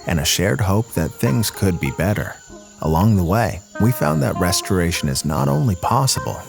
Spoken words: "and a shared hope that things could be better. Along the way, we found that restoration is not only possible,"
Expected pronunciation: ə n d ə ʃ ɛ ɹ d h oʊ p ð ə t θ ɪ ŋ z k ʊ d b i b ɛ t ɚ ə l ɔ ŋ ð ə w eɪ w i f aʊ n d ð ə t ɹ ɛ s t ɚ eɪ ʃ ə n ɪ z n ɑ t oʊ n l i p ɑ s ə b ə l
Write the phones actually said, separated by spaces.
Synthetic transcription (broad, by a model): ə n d ə ʃ ɛ ɹ d h oʊ p ð ə t θ ɪ ŋ z k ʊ d b i b ɛ t ɚ ə l ɔ ŋ ð ə w eɪ w i f aʊ n ð ə t ɹ ɛ s t ɚ eɪ ʃ ə n ɪ z n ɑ t oʊ n l i p ɑ s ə b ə l